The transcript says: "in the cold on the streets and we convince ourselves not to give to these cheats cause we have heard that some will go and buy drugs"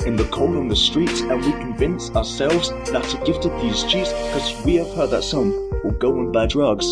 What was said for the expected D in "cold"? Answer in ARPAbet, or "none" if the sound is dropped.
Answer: none